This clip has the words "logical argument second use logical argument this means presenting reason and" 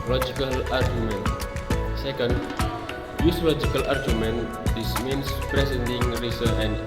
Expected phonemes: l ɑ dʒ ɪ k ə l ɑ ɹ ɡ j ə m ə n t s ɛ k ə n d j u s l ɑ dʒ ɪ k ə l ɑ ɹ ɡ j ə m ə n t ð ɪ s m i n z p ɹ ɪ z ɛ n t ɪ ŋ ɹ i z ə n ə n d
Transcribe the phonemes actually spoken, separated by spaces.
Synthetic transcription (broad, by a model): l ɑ dʒ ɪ k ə l ɑ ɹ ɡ j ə m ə n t s ɛ k ə n d j u s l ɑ dʒ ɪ k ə l ɑ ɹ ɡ j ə m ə n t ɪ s m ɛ n s p ɹ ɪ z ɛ n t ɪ ŋ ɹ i s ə ə n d